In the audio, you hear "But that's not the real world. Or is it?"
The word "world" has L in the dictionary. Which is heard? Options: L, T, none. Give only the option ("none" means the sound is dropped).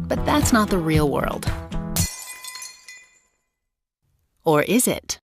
L